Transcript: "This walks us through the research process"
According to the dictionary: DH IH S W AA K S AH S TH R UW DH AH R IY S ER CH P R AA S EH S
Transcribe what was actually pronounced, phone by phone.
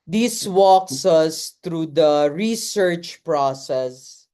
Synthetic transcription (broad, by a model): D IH S W AA K S AH S T R UW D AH R IY S ER CH P R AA S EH S